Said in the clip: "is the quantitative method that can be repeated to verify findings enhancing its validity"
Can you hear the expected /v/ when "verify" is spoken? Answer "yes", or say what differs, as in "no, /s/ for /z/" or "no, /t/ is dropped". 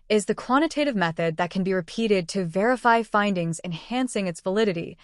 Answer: yes